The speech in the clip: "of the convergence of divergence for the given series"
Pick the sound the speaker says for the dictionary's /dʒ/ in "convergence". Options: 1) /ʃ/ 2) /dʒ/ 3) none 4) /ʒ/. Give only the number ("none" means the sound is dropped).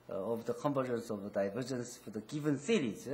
3